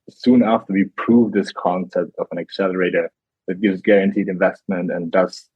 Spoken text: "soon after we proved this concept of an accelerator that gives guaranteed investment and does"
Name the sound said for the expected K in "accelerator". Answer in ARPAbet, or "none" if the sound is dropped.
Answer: K